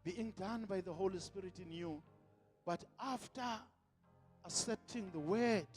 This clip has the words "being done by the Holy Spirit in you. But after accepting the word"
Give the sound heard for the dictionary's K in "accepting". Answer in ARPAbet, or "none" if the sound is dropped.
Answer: none